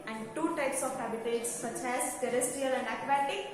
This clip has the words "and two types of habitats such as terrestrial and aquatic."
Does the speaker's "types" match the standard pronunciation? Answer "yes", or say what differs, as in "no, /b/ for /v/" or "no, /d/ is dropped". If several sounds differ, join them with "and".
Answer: yes